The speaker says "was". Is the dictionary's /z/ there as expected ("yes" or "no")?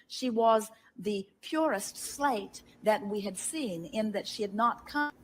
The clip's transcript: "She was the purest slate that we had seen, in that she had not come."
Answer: yes